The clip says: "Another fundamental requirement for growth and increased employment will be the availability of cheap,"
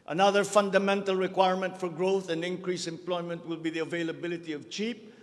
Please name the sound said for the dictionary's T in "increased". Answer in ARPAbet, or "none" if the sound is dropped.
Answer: none